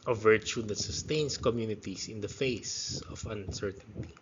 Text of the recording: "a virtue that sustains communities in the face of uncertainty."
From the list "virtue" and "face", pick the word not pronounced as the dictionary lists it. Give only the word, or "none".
none